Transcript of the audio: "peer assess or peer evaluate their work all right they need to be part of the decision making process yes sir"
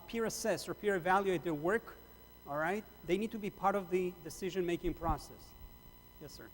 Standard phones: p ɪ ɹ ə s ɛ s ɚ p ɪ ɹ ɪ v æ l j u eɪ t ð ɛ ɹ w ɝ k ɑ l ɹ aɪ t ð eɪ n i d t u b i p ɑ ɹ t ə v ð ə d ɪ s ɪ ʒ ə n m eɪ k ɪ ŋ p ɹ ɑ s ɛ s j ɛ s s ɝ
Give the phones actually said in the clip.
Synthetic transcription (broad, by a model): p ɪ ɹ ə s ɛ s ɚ p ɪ ɹ ɪ v æ l j u eɪ t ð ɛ ɹ w ɝ k ɑ l ɹ aɪ t ð eɪ n i d t u b i p ɑ ɹ t ə v ð ə d ɪ s ɪ ʒ ə n m eɪ k ɪ ŋ p ɹ ɑ s ɛ s j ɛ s s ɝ